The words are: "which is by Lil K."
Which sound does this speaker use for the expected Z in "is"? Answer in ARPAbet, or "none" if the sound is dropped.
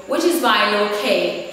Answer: Z